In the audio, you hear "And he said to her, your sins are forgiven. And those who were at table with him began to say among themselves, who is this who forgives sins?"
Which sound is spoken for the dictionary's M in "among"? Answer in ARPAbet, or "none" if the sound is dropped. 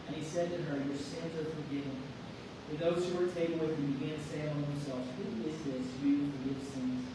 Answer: none